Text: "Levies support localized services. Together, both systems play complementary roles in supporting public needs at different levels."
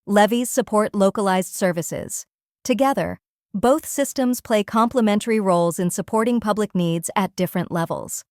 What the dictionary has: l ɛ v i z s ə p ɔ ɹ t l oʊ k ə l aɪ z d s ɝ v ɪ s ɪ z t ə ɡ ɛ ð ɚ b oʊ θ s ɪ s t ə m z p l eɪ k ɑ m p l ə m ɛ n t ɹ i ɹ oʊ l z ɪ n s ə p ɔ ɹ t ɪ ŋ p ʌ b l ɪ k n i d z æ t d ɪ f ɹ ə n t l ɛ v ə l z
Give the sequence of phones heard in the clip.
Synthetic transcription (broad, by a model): l ɛ v i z s ə p ɔ ɹ t l oʊ k ə l aɪ z d s ɝ v ɪ s ɪ z t ə ɡ ɛ ð ɚ b oʊ θ s ɪ s t ə m z p l eɪ k ɑ m p l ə m ɛ n t ɹ i ɹ oʊ l z ɪ n s ə p ɔ ɹ t ɪ ŋ p ʌ b l ɪ k n i d z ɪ t d ɪ f ɹ ə n t l ɛ v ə l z